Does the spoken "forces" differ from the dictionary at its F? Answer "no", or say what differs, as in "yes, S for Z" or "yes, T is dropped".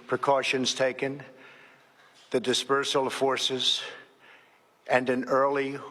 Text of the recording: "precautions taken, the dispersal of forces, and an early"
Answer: no